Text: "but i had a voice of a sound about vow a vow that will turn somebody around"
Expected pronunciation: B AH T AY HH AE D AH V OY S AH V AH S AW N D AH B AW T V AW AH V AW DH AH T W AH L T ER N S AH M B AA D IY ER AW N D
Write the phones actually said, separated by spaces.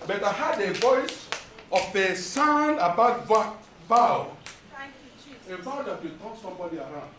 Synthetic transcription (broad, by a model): B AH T AY HH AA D AH V OY S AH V AH S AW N AH B AW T V AW AH V AW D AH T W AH T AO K S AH M B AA D IY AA AW N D